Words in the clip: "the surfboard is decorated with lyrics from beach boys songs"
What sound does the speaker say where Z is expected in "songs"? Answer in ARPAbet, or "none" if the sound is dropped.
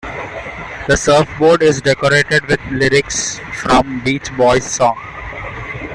none